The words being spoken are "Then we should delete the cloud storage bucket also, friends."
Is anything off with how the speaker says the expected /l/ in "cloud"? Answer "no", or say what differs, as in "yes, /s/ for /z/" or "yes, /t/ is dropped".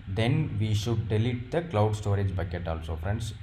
no